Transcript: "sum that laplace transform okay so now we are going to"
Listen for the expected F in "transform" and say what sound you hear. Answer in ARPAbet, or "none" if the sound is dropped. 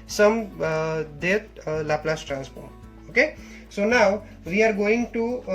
P